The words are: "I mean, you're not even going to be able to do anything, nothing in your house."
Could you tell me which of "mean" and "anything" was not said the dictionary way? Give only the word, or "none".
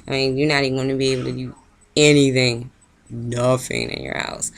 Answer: none